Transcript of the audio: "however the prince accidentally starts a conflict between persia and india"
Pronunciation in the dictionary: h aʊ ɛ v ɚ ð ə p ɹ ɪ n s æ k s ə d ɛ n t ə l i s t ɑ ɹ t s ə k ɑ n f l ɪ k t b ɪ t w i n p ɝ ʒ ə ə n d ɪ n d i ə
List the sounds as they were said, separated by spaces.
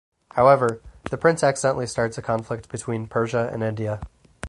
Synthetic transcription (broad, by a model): h aʊ ɛ v ɚ ð ə p ɹ ɪ n s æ k s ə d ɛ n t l i s t ɑ ɹ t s ə k ɑ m f l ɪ k t b ɪ t w i n p ɝ ʒ ə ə n ɪ n d i ə